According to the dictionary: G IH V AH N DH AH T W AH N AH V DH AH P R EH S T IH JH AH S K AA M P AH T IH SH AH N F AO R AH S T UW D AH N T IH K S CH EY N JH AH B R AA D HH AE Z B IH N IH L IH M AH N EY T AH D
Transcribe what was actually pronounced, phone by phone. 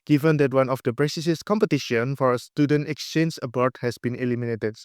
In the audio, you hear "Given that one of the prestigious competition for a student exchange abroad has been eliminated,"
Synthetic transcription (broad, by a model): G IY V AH N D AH T W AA N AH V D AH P R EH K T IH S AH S K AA M P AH T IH SH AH N F AO R AH S T UW D AH N T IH K S CH EY N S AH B AA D HH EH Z B IH N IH L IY M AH N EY T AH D